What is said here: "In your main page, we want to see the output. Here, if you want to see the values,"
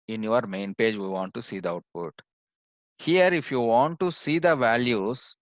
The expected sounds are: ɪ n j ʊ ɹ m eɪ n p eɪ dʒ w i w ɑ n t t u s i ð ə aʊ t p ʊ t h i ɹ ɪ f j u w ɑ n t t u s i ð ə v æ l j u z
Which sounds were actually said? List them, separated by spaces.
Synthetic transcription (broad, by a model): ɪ n j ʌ ɹ m eɪ n p eɪ dʒ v i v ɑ n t t u s i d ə aʊ t p ʊ t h i ɹ ɪ f j u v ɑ n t t u s i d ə v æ l j u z